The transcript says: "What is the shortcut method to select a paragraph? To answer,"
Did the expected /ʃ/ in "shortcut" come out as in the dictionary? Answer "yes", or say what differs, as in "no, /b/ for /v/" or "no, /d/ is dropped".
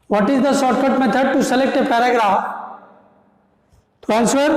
no, /s/ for /ʃ/